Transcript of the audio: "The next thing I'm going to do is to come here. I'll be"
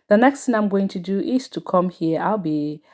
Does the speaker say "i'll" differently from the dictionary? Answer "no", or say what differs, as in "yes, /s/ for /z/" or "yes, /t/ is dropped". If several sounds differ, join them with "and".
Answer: no